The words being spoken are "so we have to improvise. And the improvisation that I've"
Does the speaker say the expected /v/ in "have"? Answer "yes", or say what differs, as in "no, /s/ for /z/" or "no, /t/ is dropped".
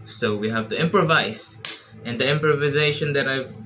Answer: yes